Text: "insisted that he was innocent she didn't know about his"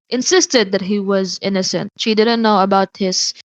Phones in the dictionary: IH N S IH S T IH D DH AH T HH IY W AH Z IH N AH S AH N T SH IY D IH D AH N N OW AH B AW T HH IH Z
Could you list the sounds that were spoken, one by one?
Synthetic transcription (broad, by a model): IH N S IH S T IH D DH AH T HH IY W AH Z IH N AH S AH N T SH IY D IH D N N OW AH B AW T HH IH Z